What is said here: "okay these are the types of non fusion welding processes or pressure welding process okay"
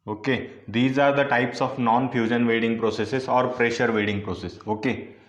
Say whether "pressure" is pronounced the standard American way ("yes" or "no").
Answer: yes